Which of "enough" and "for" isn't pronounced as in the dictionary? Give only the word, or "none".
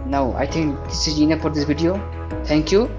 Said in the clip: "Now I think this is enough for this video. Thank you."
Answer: enough